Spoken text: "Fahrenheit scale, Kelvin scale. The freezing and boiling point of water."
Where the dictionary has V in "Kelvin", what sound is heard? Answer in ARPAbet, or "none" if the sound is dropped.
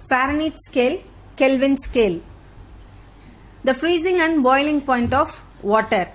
V